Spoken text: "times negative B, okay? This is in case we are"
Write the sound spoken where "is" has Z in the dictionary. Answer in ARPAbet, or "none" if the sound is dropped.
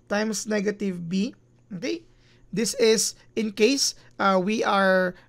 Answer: S